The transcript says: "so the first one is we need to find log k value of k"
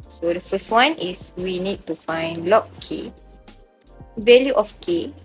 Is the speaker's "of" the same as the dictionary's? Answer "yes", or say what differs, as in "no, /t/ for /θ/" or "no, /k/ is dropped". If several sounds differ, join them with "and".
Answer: no, /f/ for /v/